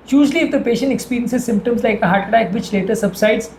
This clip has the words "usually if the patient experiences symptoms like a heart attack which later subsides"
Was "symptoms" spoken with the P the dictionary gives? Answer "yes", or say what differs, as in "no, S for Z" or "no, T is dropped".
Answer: yes